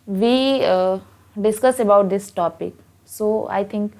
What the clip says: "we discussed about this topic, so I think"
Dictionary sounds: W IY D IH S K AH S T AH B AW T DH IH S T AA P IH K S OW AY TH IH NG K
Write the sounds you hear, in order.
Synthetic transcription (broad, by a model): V IY D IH S K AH S AH B AW T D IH S T AA P IH K S OW AY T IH NG K